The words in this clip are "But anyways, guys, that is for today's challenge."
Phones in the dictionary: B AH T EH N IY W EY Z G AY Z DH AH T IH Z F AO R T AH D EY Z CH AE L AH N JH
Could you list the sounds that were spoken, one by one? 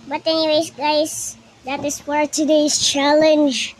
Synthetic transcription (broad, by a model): B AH T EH N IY W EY S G AY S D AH T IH S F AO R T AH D EY S CH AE L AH N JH